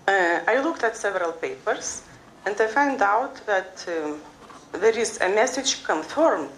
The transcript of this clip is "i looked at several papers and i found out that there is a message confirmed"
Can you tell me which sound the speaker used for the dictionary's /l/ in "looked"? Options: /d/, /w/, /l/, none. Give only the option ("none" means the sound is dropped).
/l/